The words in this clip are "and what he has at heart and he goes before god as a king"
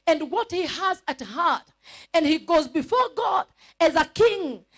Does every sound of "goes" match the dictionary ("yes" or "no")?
yes